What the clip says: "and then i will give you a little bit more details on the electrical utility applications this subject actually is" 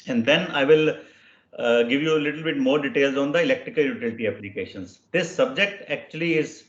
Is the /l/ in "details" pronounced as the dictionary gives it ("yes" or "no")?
yes